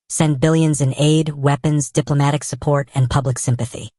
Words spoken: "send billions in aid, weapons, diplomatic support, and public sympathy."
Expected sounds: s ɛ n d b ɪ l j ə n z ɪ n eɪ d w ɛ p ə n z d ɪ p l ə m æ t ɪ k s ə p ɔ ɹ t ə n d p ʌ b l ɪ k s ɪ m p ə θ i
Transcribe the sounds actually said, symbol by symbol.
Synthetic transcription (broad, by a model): s ɛ n b ɪ l j ə n z ɪ n eɪ d w ɛ p ə n z d ɪ p l ə m æ t ɪ k s ə p ɔ ɹ t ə n p ʌ b l ɪ k s ɪ m p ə θ i